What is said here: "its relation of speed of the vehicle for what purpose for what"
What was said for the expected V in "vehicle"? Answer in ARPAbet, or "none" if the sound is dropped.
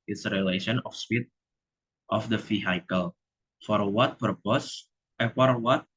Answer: F